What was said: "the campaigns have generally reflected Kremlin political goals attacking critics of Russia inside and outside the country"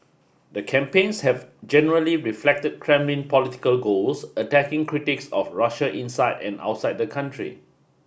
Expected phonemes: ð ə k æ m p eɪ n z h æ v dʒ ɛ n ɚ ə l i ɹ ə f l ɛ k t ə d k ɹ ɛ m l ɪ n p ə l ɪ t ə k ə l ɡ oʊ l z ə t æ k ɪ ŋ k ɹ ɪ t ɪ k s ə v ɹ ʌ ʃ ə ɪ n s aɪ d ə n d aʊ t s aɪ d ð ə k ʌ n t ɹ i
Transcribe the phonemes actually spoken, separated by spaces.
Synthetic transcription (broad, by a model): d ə k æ m p eɪ n s h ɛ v dʒ ɛ n ɚ ə l i ɹ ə f l ɛ k t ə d k ɹ ɛ m l ɪ n p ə l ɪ t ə k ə l ɡ oʊ l s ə t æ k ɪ ŋ k ɹ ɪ t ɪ k s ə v ɹ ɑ ʃ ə ɪ n s aɪ d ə n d aʊ t s aɪ d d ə k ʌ n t ɹ i